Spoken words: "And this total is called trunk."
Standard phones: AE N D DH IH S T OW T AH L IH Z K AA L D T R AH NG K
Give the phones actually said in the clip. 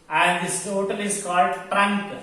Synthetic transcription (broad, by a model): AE N D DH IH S T OW T AH L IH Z K AA L D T R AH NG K